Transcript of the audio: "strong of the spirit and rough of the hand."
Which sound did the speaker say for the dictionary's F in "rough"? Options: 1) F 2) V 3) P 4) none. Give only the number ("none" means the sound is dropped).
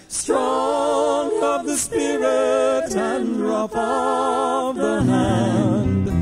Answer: 3